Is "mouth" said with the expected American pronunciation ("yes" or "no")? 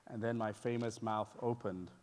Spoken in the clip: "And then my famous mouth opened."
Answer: yes